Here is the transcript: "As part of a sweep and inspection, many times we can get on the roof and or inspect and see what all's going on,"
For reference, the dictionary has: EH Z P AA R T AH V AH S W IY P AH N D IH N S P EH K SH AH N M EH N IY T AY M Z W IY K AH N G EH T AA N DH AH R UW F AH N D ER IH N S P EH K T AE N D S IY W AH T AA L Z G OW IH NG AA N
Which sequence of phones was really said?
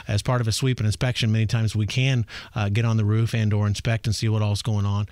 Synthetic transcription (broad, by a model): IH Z P AA R T AH V AH S W IY P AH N IH N S P EH K SH AH N M EH N IY T AY M Z W IY K AH N G EH T N DH AH R UW F AH N D ER IH N S P EH K T N S IY W AH T AA L Z G OW IH NG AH N